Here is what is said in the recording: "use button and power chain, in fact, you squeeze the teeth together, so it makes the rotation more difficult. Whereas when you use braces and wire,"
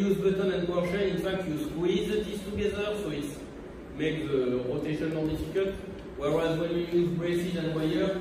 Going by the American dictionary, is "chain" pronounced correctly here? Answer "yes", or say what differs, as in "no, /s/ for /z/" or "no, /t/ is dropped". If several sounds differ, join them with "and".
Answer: no, /ʃ/ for /tʃ/